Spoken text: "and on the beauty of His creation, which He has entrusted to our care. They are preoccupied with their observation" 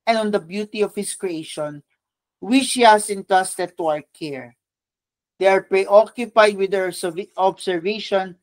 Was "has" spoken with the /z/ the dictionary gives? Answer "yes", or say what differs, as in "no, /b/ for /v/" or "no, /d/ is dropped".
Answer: no, /s/ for /z/